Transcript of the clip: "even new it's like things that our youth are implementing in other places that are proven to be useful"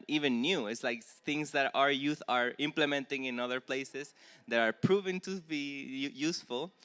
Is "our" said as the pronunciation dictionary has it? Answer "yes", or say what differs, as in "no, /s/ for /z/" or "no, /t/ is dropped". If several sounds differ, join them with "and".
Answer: yes